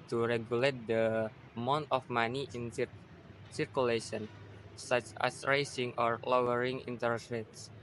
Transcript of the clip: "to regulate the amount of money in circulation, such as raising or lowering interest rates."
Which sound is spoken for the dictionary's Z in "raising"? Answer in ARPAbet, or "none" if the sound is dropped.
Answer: S